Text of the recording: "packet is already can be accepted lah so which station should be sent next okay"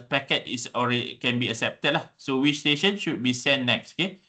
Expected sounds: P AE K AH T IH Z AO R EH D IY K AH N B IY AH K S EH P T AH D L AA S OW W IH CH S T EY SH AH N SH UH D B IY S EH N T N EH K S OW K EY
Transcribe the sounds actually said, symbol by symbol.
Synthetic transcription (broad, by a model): P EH K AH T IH S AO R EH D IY K AH N B IY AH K S EH P T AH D L AA S OW W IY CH S T EY SH AH N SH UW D B IY S EH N N EH K S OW K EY